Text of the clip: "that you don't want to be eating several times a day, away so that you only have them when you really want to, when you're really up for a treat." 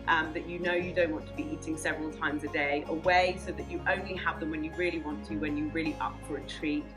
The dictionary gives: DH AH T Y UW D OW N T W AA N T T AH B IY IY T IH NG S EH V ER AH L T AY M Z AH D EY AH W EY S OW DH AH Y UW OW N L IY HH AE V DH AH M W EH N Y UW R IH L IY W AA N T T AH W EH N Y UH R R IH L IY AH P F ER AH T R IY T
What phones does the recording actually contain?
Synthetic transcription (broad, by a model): DH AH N Y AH D OW N T W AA N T T AH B IY IY T IH NG S EH V ER AH L T AY M Z AH D EY AH W EY S OW DH AH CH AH OW N L IY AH V DH AH M W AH N Y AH R IH L IY W AA N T T AH W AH N Y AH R R IH L IY AH P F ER AH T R IY